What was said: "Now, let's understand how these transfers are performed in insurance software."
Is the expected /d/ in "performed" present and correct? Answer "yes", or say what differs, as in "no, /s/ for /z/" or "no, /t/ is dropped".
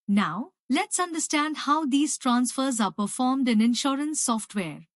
yes